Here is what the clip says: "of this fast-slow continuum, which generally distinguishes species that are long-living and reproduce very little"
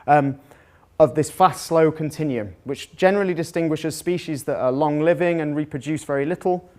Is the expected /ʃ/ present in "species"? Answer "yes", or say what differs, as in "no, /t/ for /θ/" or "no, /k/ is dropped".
yes